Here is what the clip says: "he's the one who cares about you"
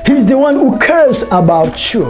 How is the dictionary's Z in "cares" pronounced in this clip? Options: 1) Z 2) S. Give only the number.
2